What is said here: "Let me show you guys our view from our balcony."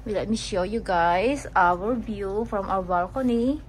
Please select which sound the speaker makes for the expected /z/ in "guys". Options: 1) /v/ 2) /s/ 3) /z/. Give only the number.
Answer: 2